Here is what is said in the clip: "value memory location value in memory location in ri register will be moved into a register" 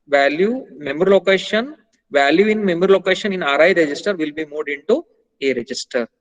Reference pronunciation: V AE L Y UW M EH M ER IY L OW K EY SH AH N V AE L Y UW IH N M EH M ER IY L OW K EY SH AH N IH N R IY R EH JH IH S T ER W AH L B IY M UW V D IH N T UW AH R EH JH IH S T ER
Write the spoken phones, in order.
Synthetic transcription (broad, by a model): V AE L Y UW M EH M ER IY L OW K EY SH AH N V AE L Y UW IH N M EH M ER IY L OW K EY SH AH N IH N R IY R EH JH IH S T ER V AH L B IY M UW D IH N T UW AH R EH JH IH S T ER